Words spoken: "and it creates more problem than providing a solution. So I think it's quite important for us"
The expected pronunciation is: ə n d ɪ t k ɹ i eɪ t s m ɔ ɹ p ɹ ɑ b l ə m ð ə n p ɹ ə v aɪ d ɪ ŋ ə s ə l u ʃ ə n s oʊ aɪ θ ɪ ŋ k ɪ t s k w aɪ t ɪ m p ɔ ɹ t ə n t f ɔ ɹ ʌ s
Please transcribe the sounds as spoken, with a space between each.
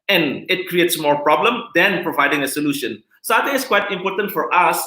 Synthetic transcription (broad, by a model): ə n ɪ t k ɹ i eɪ t s m ɔ ɹ p ɹ ɑ b l ə m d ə n p ɹ ə v aɪ d ɪ ŋ ə s ə l u ʃ ə n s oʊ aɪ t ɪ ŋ ɪ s k w aɪ t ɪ m p ɔ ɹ t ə n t f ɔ ɹ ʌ s